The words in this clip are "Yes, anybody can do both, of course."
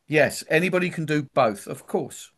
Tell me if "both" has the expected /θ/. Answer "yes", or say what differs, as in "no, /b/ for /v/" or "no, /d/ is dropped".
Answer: yes